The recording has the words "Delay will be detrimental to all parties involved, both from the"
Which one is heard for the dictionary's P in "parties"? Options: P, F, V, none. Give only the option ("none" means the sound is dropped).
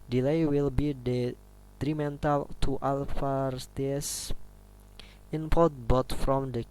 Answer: F